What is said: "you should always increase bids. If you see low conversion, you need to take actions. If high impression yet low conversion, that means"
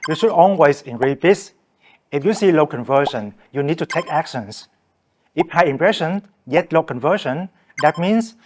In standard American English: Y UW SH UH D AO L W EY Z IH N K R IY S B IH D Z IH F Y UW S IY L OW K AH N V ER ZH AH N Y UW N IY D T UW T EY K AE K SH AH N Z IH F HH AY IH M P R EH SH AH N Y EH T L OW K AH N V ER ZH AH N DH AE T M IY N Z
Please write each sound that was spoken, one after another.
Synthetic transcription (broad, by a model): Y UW SH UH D AO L W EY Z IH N R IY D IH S IH F Y UW S IY L OW K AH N V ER SH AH N Y UW N IY D T UW T EY K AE K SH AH N S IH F HH AY IH M P R EH SH AH N Y EH T L OW K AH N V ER SH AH N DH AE T M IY N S